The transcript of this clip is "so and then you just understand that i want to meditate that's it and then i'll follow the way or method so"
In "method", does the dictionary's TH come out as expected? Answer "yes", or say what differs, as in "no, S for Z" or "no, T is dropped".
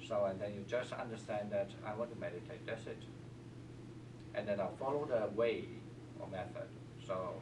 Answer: yes